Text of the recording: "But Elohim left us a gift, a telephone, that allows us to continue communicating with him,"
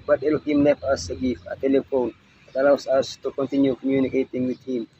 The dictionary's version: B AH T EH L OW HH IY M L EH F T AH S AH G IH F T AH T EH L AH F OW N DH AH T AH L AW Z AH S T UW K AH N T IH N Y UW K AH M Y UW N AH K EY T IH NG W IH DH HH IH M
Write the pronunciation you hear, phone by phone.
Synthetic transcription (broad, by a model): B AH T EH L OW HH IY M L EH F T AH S AH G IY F AH T EH L AH F OW N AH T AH L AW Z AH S T UW K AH N T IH N Y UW K AH M Y UW N AH K EY T IH NG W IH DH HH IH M